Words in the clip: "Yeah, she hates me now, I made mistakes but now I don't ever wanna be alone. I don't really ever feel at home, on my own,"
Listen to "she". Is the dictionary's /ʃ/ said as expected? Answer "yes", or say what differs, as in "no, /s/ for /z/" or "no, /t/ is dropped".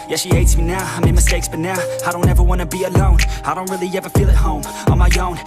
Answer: yes